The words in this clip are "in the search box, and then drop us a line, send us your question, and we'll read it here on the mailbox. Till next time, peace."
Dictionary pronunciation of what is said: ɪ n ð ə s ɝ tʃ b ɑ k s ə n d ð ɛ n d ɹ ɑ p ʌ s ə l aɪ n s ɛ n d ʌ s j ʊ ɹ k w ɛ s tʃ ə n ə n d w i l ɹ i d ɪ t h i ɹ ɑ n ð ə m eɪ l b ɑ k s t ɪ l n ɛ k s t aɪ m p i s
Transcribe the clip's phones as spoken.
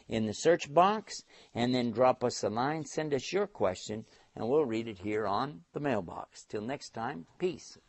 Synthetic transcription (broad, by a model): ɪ n ð ə s ɝ tʃ b ɑ k s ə n ð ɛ n d ɹ ɑ p ʌ s ə l aɪ n s ɛ n d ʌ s j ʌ ɹ k w ɛ s tʃ ə n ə n w i l ɹ i d ɪ t h i ɹ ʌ n ð ə m eɪ l b ɑ k s t ɪ l n ɛ k s t aɪ m p i s